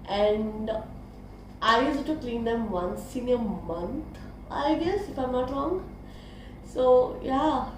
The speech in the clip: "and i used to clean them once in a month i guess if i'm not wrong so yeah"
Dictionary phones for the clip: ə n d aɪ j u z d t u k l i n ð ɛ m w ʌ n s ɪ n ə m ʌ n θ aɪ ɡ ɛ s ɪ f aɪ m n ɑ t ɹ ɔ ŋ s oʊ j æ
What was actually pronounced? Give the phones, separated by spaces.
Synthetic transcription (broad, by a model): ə n d aɪ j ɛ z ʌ t u k l i n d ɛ m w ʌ n s ɪ n ə m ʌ n t aɪ ɡ ɛ s ɪ f aɪ m n ɑ t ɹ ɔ ŋ s oʊ j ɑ